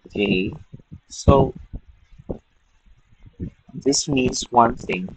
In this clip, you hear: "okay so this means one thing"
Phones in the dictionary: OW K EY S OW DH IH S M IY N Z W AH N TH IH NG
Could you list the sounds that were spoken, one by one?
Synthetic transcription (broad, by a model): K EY S OW DH IH S M IY N Z W AH N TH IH NG